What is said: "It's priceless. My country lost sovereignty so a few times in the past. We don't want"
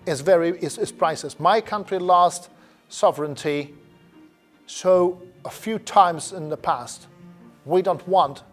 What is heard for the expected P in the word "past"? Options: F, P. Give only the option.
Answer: P